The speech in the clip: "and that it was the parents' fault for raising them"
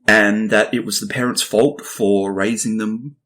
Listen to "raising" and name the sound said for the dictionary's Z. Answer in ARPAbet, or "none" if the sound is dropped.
Z